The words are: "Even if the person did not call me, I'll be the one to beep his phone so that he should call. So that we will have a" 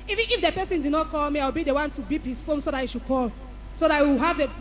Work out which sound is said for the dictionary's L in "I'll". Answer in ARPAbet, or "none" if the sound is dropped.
W